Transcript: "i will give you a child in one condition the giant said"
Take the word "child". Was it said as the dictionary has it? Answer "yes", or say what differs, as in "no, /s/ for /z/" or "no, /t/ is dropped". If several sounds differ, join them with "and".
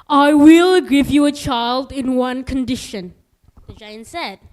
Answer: yes